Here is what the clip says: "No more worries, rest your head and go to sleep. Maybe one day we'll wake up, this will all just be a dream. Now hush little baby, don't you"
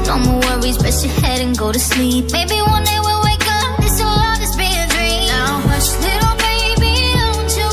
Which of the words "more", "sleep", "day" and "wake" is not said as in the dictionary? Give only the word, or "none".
more